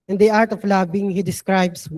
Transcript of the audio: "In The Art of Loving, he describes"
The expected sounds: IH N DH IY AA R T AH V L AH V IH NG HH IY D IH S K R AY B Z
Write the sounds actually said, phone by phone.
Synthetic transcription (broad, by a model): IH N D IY AA R T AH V L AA B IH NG HH IY D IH S K R AY B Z